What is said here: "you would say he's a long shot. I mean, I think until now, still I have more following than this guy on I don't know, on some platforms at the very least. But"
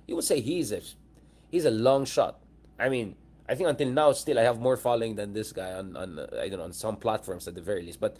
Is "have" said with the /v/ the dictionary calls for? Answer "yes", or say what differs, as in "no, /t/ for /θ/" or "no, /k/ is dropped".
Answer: yes